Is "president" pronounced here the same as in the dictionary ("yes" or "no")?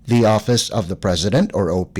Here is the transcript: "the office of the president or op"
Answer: yes